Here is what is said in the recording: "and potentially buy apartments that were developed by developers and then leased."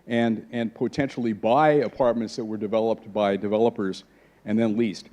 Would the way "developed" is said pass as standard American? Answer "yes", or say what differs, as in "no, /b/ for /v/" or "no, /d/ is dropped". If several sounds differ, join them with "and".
yes